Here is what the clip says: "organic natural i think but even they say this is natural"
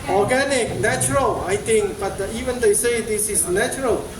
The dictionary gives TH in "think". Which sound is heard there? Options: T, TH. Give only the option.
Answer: T